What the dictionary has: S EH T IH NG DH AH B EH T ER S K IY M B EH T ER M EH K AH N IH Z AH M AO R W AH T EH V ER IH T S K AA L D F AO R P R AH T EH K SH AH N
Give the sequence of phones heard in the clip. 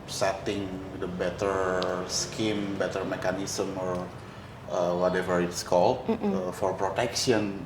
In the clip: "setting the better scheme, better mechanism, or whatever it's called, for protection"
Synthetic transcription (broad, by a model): S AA T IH NG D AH B EH T ER S K IY M B EH T ER M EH K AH N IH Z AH M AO R W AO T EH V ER IH T S K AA L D F AO R P R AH T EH K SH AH N